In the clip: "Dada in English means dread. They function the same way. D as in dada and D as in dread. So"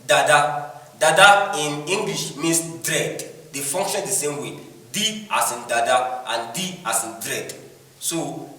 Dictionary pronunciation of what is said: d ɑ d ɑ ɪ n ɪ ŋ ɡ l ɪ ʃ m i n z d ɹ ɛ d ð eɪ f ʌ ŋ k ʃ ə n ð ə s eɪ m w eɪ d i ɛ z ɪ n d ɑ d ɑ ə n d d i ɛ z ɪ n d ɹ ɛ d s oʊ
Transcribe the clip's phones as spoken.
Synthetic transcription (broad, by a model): d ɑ d ɑ ɪ n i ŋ ɡ l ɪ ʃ m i n s d ɹ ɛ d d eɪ f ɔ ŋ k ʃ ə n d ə s eɪ m w eɪ d i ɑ s ɪ n d ɑ d ɑ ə n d d i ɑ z ɪ n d ɹ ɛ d s oʊ